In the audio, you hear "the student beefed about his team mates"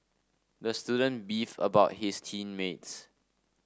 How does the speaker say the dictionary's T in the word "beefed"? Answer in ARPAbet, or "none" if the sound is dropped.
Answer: none